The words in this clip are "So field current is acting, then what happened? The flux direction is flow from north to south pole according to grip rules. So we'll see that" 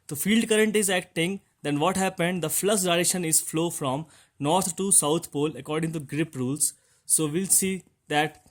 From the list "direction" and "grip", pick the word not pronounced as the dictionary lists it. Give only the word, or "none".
direction